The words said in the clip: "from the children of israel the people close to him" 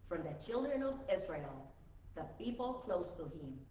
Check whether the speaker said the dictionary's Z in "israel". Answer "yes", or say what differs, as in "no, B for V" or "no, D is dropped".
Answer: yes